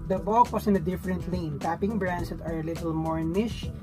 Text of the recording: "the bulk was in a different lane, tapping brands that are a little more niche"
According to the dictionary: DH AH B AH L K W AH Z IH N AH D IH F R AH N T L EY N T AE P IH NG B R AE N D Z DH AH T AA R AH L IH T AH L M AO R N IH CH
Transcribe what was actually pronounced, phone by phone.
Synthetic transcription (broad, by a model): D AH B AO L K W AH S IH N AH D IH F R AH N T L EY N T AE P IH NG B R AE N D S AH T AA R AH L IH T AH L M AO R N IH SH